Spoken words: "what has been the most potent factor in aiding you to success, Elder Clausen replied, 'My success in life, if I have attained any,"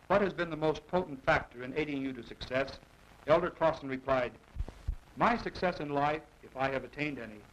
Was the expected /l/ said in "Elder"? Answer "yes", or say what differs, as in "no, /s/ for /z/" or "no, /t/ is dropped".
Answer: yes